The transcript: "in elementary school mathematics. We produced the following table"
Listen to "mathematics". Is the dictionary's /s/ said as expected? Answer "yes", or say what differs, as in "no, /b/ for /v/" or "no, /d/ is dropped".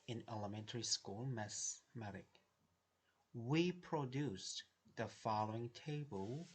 no, /s/ is dropped